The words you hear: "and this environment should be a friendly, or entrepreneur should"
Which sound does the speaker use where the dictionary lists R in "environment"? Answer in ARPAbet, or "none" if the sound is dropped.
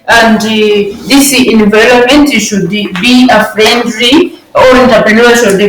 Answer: L